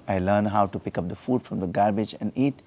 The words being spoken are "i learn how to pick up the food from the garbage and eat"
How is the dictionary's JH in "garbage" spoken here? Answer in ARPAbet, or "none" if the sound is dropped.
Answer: JH